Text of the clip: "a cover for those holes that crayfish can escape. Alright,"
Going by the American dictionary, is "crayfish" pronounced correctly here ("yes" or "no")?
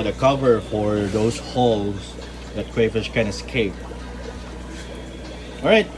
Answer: no